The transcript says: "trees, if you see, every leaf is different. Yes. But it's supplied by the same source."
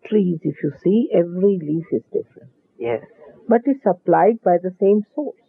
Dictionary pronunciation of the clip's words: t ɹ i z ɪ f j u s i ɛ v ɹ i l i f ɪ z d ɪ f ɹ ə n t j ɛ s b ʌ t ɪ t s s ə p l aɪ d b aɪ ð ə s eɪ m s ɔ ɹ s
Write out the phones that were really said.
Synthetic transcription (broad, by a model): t ɹ i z ɪ f j u s i ɛ v ɹ i l i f ɪ z d ɪ f ɹ ə n t j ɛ b ʌ t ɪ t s s ə p l aɪ d b aɪ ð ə s eɪ m s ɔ